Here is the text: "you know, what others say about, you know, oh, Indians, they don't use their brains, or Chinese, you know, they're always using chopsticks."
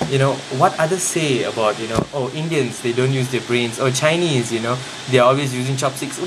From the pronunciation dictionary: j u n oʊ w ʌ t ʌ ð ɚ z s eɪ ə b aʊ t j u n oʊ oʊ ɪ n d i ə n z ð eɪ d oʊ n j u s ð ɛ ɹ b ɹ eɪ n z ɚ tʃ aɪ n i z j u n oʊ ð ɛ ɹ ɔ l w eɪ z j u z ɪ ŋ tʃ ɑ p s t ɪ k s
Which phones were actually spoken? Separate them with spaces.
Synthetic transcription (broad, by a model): j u n oʊ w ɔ t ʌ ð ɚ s s eɪ ə b aʊ t j u n oʊ oʊ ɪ n d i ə n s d eɪ d oʊ n j u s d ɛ b ɹ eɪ n s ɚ tʃ aɪ n i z j u n oʊ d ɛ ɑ ɔ l w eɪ s j u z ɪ ŋ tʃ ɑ p s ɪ k s